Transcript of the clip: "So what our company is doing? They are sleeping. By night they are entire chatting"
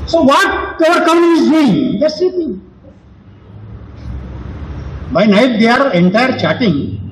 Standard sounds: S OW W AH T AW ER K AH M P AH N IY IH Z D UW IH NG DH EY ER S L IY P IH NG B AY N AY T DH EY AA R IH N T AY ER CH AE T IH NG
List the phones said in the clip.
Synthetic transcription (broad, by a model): S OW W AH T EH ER K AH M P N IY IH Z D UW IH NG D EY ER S IY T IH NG B AY N AY T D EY AA R IH N T AY ER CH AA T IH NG